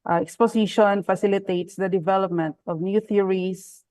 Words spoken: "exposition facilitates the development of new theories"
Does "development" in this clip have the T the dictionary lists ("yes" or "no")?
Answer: yes